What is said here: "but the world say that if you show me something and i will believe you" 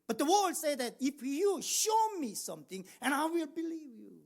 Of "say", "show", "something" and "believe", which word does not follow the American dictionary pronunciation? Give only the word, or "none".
something